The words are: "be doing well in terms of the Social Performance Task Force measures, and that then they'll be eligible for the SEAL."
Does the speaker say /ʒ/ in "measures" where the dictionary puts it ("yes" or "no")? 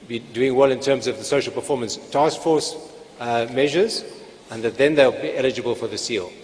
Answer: yes